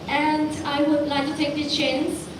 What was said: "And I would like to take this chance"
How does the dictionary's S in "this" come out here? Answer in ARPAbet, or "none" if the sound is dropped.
none